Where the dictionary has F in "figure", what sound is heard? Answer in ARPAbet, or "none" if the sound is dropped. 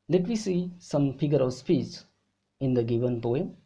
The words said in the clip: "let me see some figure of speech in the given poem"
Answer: P